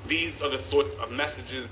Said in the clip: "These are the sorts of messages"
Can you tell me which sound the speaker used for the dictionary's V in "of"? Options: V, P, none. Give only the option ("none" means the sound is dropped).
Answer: V